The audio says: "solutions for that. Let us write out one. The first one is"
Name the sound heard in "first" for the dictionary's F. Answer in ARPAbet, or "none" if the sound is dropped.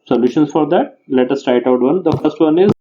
F